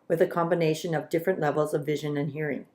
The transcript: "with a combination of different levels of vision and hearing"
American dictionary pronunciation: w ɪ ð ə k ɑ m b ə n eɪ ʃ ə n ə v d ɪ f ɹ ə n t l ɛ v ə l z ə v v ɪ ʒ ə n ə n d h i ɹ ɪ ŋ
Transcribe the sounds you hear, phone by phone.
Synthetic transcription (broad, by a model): w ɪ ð ə k ɑ m b ə n eɪ ʃ ə n ə v d ɪ f ɹ ə n t l ɛ v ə l z ə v v ɪ ʒ ə n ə n h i ɹ ɪ ŋ